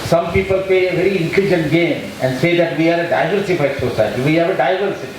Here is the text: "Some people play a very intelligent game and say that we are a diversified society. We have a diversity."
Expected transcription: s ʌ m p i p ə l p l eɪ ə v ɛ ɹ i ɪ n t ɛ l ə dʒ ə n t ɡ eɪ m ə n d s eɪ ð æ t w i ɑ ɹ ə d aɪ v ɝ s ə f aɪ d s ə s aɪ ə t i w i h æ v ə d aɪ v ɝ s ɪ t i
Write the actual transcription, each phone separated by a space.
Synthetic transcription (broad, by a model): s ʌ m p i p ə l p eɪ ə v ɛ ɹ i ɪ n t ɛ l ə dʒ ə n t ɡ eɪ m ə n d s eɪ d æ t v i ɑ ɹ ə d aɪ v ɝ s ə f aɪ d s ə s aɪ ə t i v i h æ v ə d aɪ v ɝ s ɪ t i